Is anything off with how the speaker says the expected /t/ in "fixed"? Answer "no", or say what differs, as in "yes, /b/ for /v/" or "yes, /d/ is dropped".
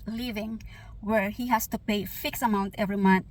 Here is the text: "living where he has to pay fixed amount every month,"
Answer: yes, /t/ is dropped